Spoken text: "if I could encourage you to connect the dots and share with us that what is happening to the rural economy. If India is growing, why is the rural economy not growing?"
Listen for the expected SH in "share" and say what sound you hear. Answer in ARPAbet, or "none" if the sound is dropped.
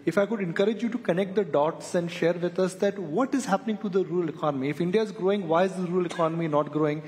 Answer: SH